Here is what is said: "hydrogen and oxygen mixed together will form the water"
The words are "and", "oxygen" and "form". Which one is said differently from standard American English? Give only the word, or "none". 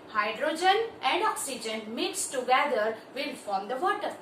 none